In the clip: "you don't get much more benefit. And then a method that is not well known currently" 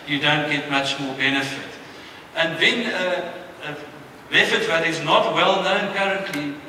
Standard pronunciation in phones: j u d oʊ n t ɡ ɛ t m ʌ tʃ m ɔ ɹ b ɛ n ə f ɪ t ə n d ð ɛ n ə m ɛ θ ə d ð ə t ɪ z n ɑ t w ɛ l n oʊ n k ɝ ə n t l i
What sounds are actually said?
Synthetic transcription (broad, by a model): j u d oʊ n t ɡ ɛ t m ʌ tʃ m ɔ ɹ b ɛ n ə f ɪ t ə n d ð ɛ n ə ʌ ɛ f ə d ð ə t ɪ z n ɑ t w ɛ l n oʊ n k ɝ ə n t l i